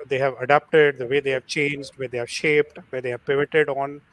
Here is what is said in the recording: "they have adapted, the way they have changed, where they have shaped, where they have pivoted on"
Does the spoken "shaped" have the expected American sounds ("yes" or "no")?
yes